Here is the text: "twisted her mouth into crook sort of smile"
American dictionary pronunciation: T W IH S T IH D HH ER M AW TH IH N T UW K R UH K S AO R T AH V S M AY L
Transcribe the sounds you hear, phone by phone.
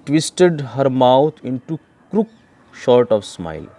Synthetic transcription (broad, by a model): T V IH S T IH D HH ER M AW T IH N T UW K R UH K SH AO R T AH V S M AY L